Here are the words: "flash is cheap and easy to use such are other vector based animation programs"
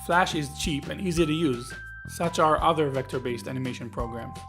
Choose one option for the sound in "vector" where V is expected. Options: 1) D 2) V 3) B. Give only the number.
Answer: 2